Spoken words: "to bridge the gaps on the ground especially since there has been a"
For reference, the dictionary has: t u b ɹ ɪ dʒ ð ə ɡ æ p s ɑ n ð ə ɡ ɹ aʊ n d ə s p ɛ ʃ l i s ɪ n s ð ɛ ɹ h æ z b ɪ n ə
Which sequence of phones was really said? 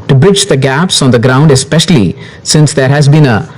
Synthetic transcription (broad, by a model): t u b ɹ ɪ dʒ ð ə ɡ æ p s ɑ n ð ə ɡ ɹ aʊ n d ə s p ɛ ʃ l i s ɪ n s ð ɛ ɹ h æ z b ɪ n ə